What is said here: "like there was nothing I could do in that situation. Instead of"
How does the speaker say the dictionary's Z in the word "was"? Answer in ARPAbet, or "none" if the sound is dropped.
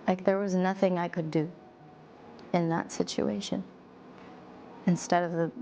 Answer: Z